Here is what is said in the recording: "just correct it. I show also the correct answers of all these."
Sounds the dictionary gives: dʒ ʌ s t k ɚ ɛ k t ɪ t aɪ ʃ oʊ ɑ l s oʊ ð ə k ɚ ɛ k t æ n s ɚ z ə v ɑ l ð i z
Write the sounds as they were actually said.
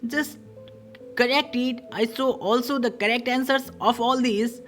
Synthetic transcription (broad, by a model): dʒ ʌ s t k ɚ ɛ k t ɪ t aɪ s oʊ ɑ l s oʊ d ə k ɚ ɛ k t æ n s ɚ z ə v ɑ l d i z